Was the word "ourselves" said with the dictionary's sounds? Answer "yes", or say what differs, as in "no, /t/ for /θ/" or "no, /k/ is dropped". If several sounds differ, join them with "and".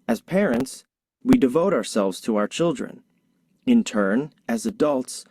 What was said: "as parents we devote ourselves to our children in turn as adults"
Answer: yes